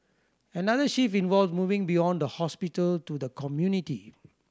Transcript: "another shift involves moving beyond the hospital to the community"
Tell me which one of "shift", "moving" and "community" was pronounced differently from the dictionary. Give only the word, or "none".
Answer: shift